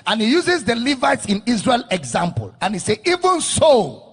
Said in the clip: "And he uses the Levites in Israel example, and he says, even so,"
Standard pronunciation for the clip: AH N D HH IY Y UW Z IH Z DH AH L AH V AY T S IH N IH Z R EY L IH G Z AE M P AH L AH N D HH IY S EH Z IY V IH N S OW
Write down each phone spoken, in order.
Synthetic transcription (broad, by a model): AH N HH IY Y UW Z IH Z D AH L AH V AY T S IH N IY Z R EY L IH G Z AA M P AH L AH N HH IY S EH IY V IH N S OW